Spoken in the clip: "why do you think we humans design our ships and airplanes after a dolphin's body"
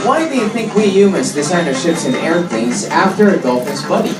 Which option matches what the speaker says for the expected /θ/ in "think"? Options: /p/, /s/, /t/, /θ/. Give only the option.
/θ/